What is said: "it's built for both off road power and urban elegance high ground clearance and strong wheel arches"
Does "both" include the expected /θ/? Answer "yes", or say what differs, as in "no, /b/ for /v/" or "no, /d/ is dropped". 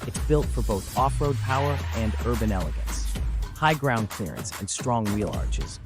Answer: yes